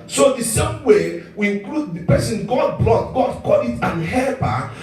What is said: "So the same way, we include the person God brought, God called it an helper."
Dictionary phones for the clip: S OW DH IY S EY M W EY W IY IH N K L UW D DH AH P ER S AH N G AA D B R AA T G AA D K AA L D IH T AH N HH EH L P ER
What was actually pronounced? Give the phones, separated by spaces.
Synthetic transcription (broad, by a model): S OW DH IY S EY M W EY W IY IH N K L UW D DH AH P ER S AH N G AA D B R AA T G AA D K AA D IH T AH N HH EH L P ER